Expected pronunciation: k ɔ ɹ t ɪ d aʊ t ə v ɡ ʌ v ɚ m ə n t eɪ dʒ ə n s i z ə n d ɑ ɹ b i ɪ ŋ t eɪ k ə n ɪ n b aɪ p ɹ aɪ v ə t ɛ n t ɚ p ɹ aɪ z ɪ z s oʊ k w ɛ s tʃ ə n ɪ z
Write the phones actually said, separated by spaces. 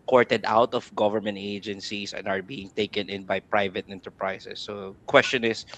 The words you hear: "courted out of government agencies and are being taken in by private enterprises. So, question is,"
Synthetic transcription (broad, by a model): k ɔ ɹ t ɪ d aʊ t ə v ɡ ʌ v ɚ m ə n t eɪ dʒ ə n s i s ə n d ɑ ɹ b i ɪ ŋ t eɪ k ə n ɪ n b aɪ p ɹ aɪ v ə t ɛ n t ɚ p ɹ aɪ s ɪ s oʊ k w ɛ s tʃ ə n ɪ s